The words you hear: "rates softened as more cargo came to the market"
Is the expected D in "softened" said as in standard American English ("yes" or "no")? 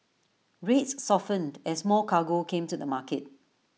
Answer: yes